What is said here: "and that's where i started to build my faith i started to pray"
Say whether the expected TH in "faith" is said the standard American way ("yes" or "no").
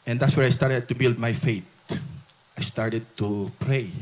no